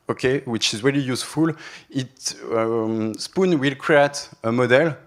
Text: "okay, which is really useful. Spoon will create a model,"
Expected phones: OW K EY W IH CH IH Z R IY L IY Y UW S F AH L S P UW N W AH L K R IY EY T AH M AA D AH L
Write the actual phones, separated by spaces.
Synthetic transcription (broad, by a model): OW K EY W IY CH IH Z R IY L IY Y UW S F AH L S P UW N W AH L K R IY EY T AH M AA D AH L